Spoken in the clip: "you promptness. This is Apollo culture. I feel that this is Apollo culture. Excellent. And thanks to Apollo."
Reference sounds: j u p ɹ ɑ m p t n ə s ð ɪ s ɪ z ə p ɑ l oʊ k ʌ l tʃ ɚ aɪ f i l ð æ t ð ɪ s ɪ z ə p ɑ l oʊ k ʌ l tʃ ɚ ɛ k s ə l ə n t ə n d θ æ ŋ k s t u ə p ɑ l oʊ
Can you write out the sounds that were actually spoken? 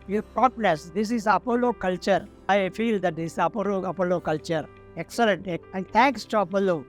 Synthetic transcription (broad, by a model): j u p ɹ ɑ p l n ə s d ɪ s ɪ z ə p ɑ l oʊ k ʌ l tʃ ɚ aɪ f i l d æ t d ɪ s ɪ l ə p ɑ l oʊ k ʌ l tʃ ɚ ɛ k s ə l ə n t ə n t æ ŋ k s t u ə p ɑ l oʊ